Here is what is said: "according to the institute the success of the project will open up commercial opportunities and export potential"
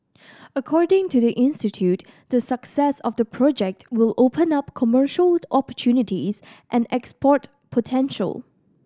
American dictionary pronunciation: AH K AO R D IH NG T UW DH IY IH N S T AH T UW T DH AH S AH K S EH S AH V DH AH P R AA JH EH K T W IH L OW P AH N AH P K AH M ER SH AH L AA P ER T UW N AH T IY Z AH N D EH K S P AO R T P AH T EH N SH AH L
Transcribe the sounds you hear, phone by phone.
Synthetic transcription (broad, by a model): AH K AO R D IH NG T UW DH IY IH N S T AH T UW T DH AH S AH K S EH S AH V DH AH P R AA JH EH K T W IH L OW P AH N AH P K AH M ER SH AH L AA P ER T UW N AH T IY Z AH N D EH K S P AO R T P AH T EH N SH AH L